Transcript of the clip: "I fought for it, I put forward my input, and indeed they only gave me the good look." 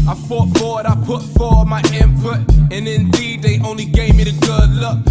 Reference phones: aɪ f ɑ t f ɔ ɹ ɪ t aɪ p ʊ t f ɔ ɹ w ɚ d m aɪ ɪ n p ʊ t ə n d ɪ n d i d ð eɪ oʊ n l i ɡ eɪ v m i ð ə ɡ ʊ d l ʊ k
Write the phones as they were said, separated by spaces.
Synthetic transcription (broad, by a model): aɪ f ɑ t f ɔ w ɪ t aɪ p ʊ t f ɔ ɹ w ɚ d m aɪ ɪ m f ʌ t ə n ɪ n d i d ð eɪ oʊ n l i ɡ eɪ v m i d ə ɡ ʊ d l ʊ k